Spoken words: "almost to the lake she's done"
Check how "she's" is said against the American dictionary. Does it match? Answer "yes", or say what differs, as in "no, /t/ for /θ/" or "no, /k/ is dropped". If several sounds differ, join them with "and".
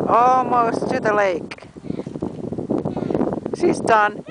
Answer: no, /s/ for /ʃ/